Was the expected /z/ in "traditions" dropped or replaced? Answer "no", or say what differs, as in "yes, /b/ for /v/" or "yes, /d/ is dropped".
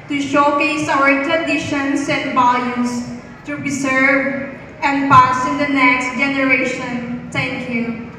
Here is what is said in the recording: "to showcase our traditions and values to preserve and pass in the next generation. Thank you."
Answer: yes, /s/ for /z/